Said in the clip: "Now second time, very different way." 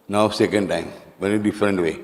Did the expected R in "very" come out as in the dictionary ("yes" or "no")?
no